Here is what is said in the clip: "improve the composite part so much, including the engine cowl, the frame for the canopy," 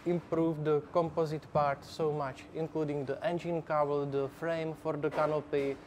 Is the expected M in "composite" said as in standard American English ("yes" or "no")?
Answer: yes